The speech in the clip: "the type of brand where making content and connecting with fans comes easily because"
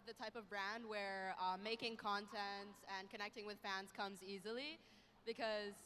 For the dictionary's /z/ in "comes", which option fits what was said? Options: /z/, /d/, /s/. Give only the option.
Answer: /z/